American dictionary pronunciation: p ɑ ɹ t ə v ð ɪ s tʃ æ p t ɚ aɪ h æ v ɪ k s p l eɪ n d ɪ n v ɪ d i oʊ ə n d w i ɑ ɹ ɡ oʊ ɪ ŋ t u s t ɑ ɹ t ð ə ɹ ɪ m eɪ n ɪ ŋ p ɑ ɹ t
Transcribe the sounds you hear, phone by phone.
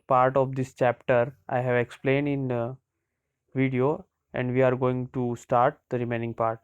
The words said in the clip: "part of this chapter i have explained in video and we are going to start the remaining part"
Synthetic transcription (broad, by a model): p ɑ ɹ t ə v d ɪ s tʃ æ p t ɚ aɪ h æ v ɪ k s p l eɪ n d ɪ n v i d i oʊ ə n d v i ɑ ɹ ɡ oʊ ɪ ŋ t u s t ɑ ɹ t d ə ɹ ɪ m eɪ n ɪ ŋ p ɑ ɹ t